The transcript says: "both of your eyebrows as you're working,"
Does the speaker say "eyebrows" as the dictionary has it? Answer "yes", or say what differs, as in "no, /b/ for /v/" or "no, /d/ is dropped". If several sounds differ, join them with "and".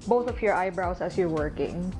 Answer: no, /s/ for /z/